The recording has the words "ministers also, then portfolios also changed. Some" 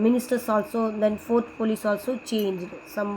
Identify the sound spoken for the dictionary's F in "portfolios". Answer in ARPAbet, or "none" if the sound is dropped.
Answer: P